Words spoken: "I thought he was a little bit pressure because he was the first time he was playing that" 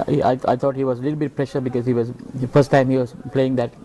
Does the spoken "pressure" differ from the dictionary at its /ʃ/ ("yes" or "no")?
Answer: no